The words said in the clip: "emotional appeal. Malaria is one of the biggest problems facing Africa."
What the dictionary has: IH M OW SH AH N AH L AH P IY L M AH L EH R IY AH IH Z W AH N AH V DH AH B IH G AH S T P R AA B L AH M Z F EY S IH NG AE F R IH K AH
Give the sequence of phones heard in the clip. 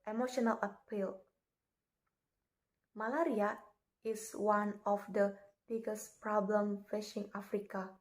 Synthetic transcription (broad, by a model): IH M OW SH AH N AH L AH P IY L M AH L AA R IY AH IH S W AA N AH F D AH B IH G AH S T P R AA B L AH M F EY SH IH NG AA F R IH K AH